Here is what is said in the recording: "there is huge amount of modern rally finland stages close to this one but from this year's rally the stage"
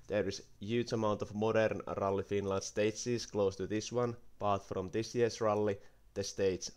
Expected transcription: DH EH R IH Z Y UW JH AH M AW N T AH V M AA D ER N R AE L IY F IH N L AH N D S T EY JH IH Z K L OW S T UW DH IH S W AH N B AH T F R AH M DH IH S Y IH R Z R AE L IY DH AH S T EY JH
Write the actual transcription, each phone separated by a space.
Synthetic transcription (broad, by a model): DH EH R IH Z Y UW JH AH M AW N T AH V M AA D ER N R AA L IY F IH N L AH N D S T EY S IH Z K L OW S T UW DH IH S W AH N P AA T F R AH M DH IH S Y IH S R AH L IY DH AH S T EY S